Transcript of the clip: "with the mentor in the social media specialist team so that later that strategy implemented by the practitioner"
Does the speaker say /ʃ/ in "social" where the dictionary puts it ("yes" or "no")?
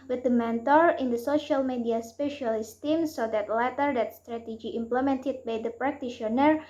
yes